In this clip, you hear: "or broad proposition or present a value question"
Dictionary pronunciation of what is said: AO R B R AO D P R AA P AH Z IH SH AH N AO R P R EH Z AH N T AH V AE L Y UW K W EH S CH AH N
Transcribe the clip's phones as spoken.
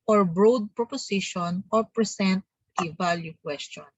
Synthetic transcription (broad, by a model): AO R B R AO D P R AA P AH S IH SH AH N AO R P R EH S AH N T AH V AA L Y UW K W EH S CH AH N